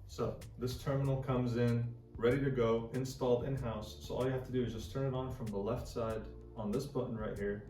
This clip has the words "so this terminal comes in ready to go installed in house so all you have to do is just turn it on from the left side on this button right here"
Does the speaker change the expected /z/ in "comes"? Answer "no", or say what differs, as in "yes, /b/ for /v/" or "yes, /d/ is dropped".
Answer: no